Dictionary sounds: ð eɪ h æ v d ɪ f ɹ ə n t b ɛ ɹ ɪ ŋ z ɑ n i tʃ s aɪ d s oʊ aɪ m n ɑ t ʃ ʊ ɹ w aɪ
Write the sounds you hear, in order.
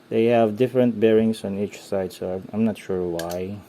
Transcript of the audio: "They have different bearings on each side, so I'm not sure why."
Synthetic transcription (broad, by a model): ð eɪ h æ v d ɪ f ɹ ə n t b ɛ ɹ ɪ ŋ s ɑ n i tʃ s aɪ d s oʊ aɪ m n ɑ t ʃ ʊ ɹ w aɪ